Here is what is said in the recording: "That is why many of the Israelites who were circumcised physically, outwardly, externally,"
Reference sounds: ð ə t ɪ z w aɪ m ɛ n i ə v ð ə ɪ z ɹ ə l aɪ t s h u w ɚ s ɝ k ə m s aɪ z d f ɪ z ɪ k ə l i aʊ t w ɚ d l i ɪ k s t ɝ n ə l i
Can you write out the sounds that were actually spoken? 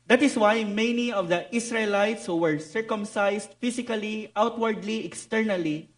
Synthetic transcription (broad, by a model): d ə t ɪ s w aɪ m ɛ n i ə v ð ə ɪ s ɹ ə l aɪ t s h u w ɚ s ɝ k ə m s aɪ s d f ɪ s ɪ k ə l i aʊ t w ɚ d l i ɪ k s t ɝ n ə l i